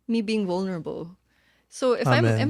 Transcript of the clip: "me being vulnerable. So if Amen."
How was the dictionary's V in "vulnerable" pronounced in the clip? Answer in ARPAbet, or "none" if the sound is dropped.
V